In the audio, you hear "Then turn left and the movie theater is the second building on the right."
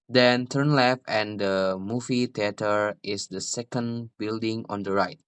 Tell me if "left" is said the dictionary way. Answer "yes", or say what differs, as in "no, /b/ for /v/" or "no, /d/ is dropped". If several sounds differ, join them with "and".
yes